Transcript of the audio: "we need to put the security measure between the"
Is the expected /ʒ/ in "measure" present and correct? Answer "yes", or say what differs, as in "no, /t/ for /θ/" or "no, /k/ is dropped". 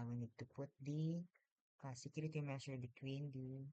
no, /s/ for /ʒ/